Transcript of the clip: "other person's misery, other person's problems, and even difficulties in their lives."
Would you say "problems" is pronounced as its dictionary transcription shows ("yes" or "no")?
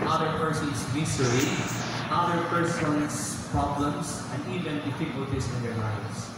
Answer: no